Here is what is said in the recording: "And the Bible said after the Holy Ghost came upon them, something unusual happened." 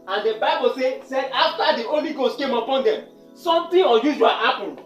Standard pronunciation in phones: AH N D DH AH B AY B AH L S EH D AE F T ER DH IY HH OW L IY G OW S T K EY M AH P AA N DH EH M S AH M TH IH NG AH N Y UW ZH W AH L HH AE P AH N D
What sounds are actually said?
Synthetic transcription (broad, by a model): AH N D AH B AY B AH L S EH D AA F T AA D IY OW L IY G OW S T K EY M AH P AA N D EH M S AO M T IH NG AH Y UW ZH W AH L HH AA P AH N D